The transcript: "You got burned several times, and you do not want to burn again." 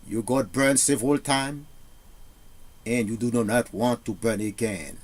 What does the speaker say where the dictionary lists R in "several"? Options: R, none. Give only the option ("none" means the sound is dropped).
none